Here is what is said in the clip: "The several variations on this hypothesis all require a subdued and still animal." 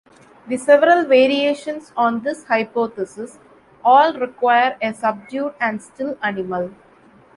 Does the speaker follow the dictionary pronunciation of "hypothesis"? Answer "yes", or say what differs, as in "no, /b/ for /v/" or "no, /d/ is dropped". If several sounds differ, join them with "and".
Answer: no, /t/ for /θ/